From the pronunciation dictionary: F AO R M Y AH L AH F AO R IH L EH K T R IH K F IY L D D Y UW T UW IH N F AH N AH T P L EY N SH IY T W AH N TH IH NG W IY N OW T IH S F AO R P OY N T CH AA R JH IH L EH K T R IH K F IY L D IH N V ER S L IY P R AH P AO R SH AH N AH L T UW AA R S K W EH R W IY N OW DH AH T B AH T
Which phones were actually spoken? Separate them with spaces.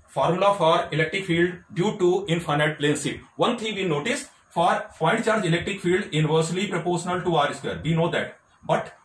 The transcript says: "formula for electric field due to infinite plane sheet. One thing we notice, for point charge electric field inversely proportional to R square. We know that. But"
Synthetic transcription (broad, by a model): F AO R M L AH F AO R IH L EH K T R IH K F IY L D D Y UW T UW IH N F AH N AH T P L EY N S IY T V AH N T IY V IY N OW T IH S F AO R F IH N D CH AA R JH IH L EH K T R IH K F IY L D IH N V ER S L IY P R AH P AO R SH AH N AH L T UW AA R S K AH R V IY N OW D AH T B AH T